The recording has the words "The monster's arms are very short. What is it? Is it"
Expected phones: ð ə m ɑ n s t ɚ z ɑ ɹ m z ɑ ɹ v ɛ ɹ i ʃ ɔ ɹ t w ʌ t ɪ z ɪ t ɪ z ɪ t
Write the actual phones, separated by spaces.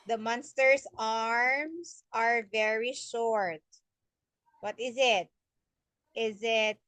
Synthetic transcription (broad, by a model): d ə m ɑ n s t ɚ s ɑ ɹ m s ɑ ɹ v ɛ ɹ i ʃ ɔ ɹ t w ʌ t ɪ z ɪ t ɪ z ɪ t